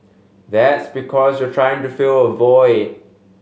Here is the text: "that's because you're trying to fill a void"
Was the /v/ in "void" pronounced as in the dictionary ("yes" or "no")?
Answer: yes